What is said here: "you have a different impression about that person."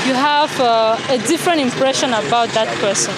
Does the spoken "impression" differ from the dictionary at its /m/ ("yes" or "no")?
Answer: no